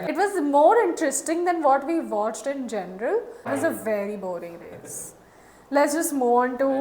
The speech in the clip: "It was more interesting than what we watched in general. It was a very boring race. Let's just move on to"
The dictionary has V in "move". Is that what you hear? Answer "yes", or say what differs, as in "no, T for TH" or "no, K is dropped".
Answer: no, V is dropped